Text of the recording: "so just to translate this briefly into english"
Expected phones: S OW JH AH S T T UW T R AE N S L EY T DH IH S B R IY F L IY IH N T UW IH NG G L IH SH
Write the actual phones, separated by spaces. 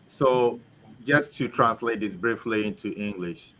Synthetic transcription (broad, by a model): S OW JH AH S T T UW T R AE N S L EY T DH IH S B R IY F L IY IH N T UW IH NG G L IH SH